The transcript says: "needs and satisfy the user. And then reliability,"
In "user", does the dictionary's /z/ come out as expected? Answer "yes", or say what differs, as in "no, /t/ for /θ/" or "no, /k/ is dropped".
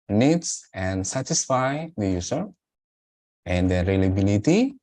no, /s/ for /z/